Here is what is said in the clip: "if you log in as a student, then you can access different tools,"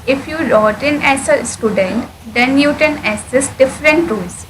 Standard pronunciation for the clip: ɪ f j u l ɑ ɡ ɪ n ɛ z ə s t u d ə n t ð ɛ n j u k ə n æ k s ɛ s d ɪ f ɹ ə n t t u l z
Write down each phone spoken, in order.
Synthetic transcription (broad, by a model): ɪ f j u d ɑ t ɪ n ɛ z ə s t u d ə n t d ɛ n j u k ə n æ s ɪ s d ɪ f ɹ ə n t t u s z